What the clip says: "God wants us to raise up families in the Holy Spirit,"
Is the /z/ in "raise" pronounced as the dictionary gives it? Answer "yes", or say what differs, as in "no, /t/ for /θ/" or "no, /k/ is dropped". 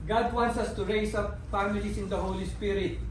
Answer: no, /s/ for /z/